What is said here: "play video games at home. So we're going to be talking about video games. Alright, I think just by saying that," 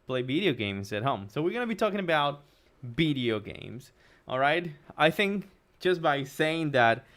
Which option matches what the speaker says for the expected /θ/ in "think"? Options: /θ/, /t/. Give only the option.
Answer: /θ/